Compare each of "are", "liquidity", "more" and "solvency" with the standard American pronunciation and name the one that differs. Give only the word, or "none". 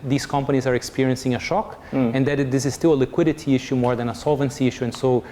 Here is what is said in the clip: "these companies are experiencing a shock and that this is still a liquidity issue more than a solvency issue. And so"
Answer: none